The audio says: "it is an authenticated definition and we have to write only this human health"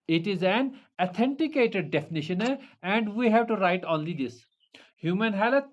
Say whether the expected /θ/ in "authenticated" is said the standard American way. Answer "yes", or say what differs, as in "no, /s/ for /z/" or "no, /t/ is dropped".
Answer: no, /t/ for /θ/